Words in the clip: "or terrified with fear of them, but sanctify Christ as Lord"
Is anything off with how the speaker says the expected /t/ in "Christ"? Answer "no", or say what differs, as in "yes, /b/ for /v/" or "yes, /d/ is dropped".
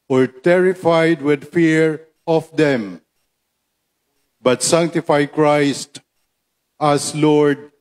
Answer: no